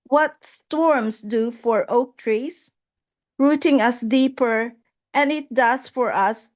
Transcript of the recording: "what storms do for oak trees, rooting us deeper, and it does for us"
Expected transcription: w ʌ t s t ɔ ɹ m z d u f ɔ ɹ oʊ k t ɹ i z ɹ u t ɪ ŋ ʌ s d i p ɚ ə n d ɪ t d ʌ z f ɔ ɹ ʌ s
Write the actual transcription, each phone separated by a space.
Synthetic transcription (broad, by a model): w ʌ t s t ɔ ɹ m s d u f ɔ ɹ oʊ k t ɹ i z ɹ u t ɪ ŋ ʌ s d i p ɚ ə n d ɪ t d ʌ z f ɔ ɹ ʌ s